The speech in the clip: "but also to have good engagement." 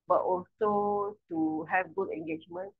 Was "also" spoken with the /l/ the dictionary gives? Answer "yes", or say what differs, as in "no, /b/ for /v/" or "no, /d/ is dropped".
yes